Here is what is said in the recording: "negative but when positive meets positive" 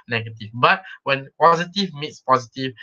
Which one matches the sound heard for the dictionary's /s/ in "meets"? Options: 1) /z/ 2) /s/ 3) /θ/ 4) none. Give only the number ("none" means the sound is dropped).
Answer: 2